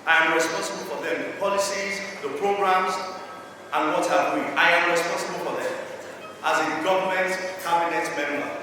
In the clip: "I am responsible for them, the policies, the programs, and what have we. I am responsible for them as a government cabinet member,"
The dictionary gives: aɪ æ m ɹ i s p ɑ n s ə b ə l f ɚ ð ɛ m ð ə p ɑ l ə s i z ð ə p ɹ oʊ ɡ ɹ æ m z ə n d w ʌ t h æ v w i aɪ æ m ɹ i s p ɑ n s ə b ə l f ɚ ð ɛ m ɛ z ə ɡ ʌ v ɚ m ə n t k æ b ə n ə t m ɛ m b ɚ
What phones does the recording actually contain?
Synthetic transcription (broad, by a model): aɪ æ m ɹ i s p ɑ n s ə b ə l f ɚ ð ɛ m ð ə p ɑ l ə s i z ð ə p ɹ oʊ ɡ ɹ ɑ m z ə n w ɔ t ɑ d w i aɪ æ m ɹ i s p ɑ n s ə b ə l f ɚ ð ɛ m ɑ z ə ɡ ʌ v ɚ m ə n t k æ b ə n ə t m ɛ m b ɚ